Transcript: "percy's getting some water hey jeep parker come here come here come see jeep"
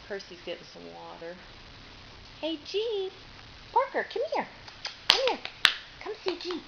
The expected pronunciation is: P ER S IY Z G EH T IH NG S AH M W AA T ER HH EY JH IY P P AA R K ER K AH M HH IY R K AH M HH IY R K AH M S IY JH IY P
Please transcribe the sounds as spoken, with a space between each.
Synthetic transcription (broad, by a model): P ER S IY Z G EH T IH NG S AH M W AA T ER HH EY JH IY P P AA R K ER K AH M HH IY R K AH M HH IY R K AH M S IY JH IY